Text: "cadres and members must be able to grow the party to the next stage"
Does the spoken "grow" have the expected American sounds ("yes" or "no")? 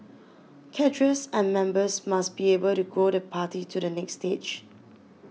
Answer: no